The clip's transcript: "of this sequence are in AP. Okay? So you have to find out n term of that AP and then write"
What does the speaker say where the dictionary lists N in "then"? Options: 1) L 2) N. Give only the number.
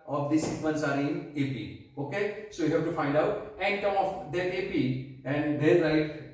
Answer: 1